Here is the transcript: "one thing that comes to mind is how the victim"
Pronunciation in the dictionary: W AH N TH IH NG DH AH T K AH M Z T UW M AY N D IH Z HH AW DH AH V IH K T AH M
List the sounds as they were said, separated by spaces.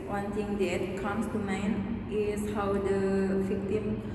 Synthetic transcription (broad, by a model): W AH N T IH NG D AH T K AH M S T UW M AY N IH S HH AW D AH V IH K T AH M